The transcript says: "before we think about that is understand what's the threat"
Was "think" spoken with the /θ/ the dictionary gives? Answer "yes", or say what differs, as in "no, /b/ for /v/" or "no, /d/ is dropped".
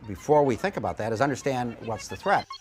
yes